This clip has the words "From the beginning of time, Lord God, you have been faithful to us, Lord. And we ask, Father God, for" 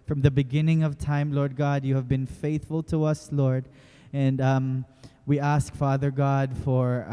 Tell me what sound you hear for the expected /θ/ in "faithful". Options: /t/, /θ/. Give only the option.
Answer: /θ/